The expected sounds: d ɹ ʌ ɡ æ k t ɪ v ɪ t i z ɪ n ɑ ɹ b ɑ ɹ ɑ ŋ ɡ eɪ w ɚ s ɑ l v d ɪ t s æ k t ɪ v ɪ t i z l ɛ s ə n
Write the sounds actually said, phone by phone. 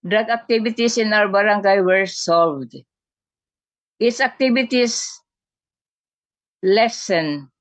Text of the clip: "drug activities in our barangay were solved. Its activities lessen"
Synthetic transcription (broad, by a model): d ɹ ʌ ɡ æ k t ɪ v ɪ t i s ɪ n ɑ w b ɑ ɹ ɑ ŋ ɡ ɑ w ɚ s ɑ l v d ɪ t s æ k t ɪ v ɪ t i s l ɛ s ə n